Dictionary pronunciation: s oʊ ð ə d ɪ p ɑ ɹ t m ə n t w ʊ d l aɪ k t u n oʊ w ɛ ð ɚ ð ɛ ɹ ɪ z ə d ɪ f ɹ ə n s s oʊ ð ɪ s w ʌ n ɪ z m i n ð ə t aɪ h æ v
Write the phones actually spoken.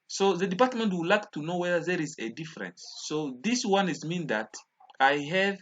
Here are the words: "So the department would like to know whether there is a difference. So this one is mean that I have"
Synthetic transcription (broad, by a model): s oʊ ð ə d ɪ p ɑ ɹ t m ə n t w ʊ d l aɪ k t u n oʊ w ɛ ð ɚ ð ɛ ɹ ɪ z ə d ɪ f ɹ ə n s s oʊ ð ɪ s w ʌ n ɪ z m i n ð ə t aɪ h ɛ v